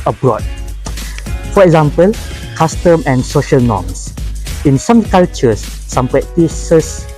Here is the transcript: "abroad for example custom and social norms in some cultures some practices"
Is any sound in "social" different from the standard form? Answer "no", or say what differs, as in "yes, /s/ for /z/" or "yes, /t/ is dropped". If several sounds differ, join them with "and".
no